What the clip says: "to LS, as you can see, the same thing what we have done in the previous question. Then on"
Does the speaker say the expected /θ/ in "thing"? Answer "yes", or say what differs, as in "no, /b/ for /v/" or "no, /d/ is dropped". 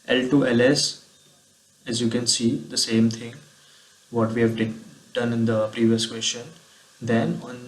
no, /t/ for /θ/